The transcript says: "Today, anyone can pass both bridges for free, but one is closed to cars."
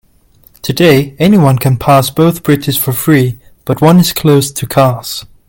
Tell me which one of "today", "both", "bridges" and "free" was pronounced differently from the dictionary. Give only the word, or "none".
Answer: bridges